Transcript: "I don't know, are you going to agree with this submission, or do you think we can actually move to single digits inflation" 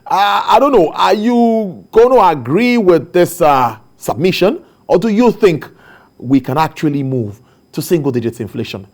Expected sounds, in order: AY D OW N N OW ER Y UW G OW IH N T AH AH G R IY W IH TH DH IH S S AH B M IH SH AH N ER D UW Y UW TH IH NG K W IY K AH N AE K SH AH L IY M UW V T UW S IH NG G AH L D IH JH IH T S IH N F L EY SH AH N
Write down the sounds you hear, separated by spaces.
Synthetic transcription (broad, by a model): AY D OW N N OW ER Y UW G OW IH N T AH AH G R IY W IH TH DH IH S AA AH B M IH SH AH N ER D UW Y UW TH IH NG K W IY K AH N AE K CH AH L IY M UW V T UW S IH NG G AH L D IH JH IH T S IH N F L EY SH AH N